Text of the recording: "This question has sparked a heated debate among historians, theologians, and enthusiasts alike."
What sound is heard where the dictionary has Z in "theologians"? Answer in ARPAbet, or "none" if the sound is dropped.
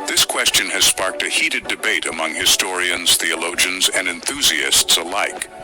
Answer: Z